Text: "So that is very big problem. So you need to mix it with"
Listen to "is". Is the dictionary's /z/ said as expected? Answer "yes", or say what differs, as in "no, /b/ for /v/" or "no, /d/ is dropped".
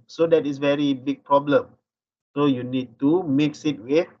no, /s/ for /z/